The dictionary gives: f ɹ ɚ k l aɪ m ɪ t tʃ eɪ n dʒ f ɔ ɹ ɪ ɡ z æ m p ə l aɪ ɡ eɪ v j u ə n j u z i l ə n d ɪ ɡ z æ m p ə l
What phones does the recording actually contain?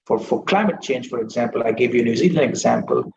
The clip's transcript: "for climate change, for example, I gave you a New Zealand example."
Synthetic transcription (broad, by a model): f ɹ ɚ k l aɪ m ɪ t tʃ eɪ n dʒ f ɔ ɹ ɪ ɡ z æ m p ə l aɪ ɡ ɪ v j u ə n j u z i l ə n ɪ ɡ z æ m p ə l